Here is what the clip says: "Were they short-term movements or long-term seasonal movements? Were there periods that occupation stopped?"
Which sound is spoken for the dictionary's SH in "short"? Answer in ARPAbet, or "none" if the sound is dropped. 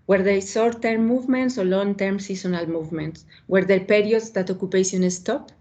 S